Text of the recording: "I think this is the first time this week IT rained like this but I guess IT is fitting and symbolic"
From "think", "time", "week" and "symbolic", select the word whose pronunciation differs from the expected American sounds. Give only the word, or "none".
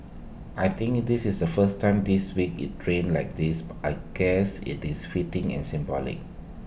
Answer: think